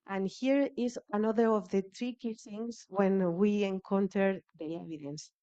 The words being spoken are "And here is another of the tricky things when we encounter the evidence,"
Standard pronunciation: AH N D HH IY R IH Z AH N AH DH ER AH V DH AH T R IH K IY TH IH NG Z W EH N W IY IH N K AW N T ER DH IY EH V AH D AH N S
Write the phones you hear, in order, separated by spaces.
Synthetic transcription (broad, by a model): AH N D HH IY R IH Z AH N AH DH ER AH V DH AH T R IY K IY S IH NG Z W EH N W IY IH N K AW N T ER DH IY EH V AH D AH N S